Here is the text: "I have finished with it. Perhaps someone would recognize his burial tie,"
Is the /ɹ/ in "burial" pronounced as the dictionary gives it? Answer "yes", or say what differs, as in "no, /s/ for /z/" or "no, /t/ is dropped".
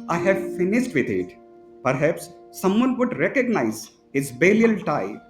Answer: no, /l/ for /ɹ/